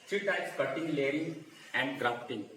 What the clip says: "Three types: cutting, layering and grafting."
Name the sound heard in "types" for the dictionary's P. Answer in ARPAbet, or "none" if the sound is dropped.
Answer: none